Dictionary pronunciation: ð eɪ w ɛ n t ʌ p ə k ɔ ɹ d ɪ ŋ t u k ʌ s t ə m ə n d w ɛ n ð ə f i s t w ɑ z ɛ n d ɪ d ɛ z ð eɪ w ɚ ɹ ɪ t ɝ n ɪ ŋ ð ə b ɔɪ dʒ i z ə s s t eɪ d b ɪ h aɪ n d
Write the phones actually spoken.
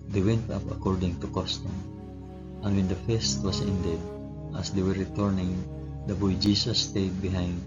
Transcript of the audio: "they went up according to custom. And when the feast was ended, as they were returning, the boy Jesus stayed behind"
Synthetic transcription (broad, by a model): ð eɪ w ɛ n t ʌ p ə k ɔ ɹ d ɪ ŋ t u k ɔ s t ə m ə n w ɛ n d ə f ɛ s t w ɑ s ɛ n d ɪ d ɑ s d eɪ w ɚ ɹ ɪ t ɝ n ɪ ŋ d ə b ɔɪ dʒ i s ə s s t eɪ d b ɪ h aɪ n d